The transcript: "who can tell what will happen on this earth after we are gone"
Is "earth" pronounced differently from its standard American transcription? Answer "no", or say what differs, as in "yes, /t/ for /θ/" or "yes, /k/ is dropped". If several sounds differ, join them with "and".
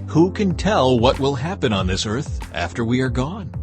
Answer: no